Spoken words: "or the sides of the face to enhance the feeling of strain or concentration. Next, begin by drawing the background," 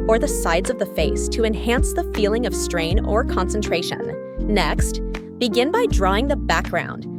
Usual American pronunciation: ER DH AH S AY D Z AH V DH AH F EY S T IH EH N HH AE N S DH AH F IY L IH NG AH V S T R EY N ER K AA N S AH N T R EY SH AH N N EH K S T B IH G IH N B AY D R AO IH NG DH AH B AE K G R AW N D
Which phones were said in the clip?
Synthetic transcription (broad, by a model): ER DH AH S AY D Z AH V DH AH F EY S T IH EH N HH AE N S DH AH F IY L IH NG AH V S T R EY N ER K AA N S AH N T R EY SH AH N N EH K S T B IH G IH N B AY D R AO IH NG DH AH B AE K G R AW N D